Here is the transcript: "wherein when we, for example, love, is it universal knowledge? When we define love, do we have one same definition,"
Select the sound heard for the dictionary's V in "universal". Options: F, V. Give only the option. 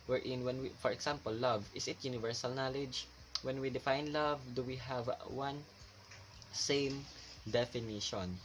V